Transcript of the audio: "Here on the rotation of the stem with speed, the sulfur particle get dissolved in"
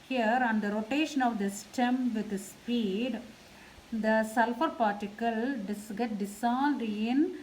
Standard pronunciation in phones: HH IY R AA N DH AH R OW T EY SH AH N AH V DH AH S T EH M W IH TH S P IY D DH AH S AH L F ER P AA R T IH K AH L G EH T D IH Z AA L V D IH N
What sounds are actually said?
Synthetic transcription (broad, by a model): HH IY R AA N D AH R OW T EY SH AH N AH V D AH S T EH M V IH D S P IY D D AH S AH L F ER P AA R T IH K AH L G EH T D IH S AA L D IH N